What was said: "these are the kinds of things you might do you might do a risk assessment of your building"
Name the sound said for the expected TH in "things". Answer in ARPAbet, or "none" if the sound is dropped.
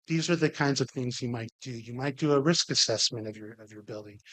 TH